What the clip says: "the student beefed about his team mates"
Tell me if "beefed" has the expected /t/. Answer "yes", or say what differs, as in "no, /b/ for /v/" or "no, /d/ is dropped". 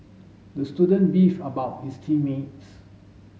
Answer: no, /t/ is dropped